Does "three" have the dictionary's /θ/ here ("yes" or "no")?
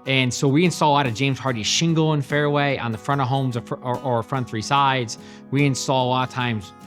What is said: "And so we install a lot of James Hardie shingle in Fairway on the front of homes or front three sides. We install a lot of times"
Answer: yes